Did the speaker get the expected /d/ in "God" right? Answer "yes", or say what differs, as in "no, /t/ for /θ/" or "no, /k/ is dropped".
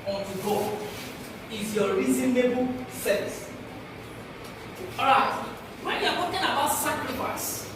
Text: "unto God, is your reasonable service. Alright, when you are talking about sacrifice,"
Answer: no, /d/ is dropped